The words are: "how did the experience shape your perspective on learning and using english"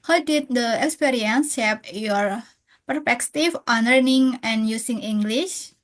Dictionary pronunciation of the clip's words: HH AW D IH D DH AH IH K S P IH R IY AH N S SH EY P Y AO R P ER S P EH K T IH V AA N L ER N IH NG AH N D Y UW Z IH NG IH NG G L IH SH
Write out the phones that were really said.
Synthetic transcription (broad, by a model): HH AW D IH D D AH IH K S P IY R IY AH N S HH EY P Y AO R P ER P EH K T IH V AA N L ER N IH NG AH N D Y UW S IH NG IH NG G L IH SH